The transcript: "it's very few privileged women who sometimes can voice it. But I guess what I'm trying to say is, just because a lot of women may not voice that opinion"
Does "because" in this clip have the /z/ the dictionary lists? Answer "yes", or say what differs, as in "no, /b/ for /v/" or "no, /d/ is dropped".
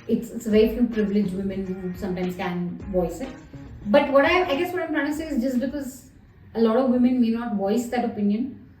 yes